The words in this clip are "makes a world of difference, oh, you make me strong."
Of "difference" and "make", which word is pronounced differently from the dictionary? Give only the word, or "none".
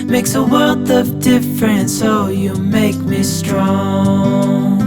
none